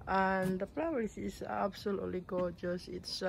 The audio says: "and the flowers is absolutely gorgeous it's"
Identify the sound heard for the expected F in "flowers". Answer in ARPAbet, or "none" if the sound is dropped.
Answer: P